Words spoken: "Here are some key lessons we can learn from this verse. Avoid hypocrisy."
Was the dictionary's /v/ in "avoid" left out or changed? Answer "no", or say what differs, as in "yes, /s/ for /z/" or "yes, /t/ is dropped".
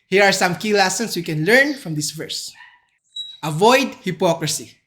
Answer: no